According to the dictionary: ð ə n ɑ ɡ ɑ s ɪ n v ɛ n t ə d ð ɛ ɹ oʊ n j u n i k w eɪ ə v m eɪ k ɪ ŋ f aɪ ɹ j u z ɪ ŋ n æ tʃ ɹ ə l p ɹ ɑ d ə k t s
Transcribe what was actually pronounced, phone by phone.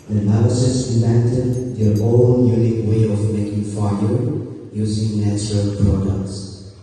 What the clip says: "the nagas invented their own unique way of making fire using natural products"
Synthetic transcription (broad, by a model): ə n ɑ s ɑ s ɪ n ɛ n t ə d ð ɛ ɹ oʊ n j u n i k w eɪ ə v m eɪ k ɪ ŋ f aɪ l j u z ɪ ŋ n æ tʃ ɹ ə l p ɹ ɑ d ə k t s